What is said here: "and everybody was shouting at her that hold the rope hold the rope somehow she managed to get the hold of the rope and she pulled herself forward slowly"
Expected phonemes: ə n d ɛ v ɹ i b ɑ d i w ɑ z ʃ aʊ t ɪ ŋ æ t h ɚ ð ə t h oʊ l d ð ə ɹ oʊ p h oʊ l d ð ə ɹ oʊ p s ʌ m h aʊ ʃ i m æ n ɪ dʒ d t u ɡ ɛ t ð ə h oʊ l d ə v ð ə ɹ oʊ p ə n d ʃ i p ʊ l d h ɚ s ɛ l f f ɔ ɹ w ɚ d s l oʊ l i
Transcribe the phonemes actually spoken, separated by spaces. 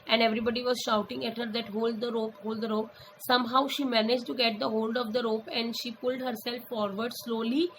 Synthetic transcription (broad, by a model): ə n d ɛ v ɹ i b ɑ d i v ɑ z ʃ aʊ t ɪ ŋ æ t h ɚ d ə t h oʊ l d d ə ɹ oʊ p h oʊ l d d ə ɹ oʊ p s ʌ m h aʊ ʃ i m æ n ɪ dʒ t u ɡ ɛ t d ə h oʊ l d ə v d ə ɹ oʊ p ə n d ʃ i p ʊ l d h ɚ s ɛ l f f ɔ ɹ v ɚ d s l oʊ l i